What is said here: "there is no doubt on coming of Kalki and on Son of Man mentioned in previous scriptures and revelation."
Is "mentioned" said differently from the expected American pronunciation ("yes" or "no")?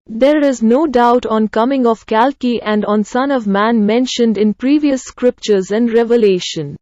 no